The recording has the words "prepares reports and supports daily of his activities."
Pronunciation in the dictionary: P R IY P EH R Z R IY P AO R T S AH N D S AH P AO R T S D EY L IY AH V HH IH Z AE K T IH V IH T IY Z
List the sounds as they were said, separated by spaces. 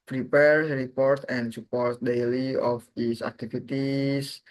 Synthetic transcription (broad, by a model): P R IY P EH R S R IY P AO R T AH N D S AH P AO R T D EY L IY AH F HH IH S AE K T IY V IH T IY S